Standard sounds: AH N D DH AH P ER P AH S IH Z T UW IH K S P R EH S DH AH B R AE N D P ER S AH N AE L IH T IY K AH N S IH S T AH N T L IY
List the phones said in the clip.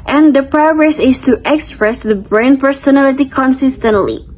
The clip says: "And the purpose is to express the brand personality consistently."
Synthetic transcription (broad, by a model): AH N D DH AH P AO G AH S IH S T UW IH K S P R EH S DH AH B R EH N P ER S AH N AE L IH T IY K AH N S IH S T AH N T L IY